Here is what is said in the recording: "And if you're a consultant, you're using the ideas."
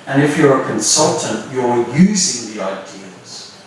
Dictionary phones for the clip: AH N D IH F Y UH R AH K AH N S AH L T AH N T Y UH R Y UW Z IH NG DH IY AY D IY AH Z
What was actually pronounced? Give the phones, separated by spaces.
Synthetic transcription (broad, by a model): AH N IH F Y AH R AH K AH N S AH L T AH N T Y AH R Y UW Z IH NG DH IY AY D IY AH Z